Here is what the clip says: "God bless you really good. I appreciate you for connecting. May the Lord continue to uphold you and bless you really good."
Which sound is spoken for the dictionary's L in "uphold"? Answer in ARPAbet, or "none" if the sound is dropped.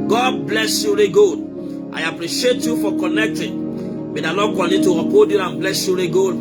none